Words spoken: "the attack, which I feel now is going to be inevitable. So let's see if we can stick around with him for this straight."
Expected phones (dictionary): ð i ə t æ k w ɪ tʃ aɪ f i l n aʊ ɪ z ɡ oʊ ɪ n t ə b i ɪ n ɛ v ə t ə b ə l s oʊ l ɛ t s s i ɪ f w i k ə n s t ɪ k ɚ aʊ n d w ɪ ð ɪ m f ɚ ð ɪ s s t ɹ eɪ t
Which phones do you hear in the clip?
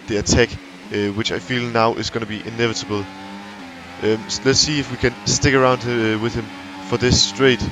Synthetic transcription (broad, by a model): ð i ə t æ k w ɪ tʃ aɪ f i l n aʊ ɪ z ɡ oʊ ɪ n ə b i ɪ n ɛ v ə t ə b ə l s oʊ l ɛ t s s i ɪ f w i k ə n s t ɪ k ɚ aʊ n d w ɪ ð ɪ m f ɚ ð ɪ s s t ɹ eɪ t